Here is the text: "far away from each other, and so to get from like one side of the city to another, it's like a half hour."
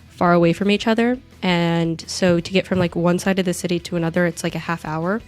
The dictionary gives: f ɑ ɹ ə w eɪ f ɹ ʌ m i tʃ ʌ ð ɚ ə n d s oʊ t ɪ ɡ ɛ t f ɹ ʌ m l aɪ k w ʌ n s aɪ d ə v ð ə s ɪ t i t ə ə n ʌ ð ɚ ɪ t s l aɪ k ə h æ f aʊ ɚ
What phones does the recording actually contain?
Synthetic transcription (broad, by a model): f ɑ ɹ ə w eɪ f ɹ ʌ m i tʃ ʌ ð ɚ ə n s oʊ t ɪ ɡ ɛ t f ɹ ʌ m l aɪ k w ʌ n s aɪ d ə v ð ə s ɪ t i t ə ə n ʌ ð ɚ ɪ t s l aɪ k ə h æ f aʊ ɚ